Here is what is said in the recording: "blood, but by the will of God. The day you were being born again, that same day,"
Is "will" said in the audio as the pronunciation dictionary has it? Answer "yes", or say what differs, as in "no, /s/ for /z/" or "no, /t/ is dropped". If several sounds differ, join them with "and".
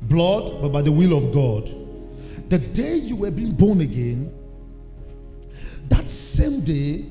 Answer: yes